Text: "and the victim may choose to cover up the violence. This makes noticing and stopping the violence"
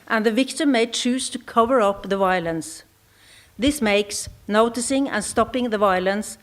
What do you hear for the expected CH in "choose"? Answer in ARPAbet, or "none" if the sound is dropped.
CH